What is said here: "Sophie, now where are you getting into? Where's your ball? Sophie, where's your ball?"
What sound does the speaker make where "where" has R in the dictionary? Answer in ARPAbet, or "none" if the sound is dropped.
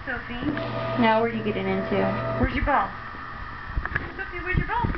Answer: W